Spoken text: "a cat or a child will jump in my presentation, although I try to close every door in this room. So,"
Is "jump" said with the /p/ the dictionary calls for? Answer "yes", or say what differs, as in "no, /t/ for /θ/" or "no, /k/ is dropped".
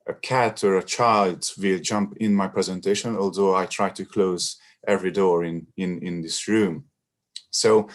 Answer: yes